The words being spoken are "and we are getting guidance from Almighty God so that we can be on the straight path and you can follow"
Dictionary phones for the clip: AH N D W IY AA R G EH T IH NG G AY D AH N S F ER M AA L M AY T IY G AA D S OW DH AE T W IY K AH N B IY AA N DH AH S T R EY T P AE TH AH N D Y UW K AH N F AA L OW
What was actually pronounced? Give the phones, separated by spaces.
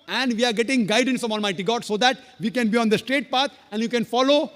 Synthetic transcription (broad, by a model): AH N D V IY AA R G EH T IH NG G AY D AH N S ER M AA L M AY T IY G AA D S OW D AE T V IY K AH N B IY AA N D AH S T R EY T P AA T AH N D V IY K AH N F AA L OW